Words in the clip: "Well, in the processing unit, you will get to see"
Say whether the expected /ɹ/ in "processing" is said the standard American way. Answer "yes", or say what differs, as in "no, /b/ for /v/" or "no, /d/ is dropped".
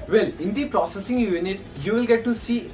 yes